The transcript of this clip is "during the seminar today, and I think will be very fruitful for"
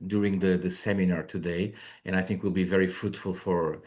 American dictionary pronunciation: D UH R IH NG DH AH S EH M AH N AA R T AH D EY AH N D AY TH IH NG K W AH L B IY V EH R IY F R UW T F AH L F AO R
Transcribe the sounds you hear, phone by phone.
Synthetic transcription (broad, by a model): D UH R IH NG DH AH S EH M AH N AA R T AH D EY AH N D AY TH IH NG K W AH L B IY V EH R IY F R UW T F AH L F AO R